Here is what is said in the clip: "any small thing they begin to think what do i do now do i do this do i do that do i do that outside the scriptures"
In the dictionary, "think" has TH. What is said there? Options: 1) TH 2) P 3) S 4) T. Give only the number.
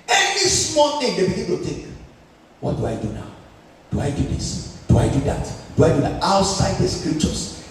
4